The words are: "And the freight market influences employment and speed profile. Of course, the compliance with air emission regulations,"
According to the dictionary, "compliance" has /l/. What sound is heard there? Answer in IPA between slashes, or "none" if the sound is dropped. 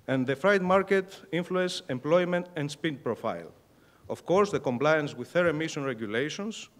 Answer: /l/